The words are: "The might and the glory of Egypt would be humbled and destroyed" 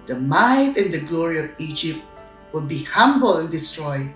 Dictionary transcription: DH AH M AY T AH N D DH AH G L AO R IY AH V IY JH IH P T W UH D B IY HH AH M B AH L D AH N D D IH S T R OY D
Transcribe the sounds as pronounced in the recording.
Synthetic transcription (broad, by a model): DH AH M AY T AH N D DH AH G L AO R IY AH V IY JH IH P T W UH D B IY HH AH M B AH L AH N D D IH S T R OY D